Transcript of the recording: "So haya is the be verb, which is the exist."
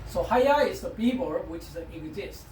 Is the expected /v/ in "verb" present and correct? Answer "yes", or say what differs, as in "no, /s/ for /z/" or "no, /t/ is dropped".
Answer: no, /b/ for /v/